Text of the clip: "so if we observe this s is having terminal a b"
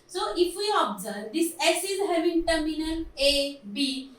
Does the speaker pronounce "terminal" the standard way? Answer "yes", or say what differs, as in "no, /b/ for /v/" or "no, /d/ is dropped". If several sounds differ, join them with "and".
no, /n/ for /l/